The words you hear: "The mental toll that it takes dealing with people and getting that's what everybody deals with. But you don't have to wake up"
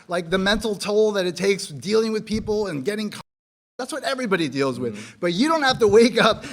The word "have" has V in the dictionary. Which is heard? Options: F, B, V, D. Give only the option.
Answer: F